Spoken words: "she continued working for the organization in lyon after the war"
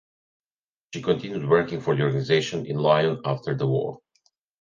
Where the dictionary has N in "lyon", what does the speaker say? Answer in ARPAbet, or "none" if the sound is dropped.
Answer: N